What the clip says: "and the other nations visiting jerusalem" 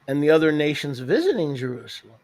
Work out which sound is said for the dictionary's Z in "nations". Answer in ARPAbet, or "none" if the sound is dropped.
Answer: Z